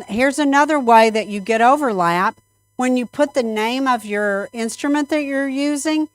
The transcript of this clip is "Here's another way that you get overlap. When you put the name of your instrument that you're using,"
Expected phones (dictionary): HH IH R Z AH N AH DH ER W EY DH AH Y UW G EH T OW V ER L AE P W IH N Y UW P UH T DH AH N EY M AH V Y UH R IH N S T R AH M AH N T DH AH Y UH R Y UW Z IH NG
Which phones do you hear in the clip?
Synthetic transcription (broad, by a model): HH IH R Z AH N AH DH ER W EY DH AH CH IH G EH T OW V ER L AE P W IH N Y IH P UH T DH AH N EY M AH V Y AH R IH N S T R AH M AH N DH AH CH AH R Y UW Z IH NG